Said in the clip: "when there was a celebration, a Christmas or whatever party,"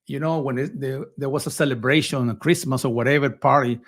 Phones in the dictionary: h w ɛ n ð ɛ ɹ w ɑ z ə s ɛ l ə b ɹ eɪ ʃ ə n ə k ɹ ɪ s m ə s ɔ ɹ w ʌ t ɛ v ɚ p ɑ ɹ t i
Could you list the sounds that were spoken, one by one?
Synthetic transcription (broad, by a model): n w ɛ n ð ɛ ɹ w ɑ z ə s ɛ l ə b ɹ eɪ ʃ ə n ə k ɹ ɪ s m ə s ɔ ɹ w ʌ t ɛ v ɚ p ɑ ɹ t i